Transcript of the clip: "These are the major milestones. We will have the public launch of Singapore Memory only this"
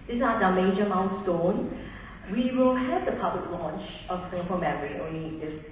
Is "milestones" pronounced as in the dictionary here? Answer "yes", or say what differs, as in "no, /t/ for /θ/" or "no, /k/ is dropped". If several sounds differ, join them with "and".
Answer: no, /n/ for /l/ and /z/ is dropped